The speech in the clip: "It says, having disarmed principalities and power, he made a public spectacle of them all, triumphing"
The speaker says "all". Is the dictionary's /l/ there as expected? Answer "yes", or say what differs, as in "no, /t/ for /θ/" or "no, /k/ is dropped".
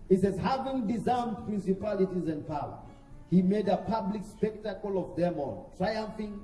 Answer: no, /n/ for /l/